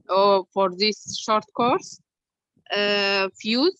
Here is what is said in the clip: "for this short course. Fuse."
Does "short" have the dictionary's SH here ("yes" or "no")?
yes